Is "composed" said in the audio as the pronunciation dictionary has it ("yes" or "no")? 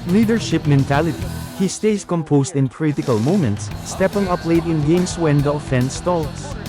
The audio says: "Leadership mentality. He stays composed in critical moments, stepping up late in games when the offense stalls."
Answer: no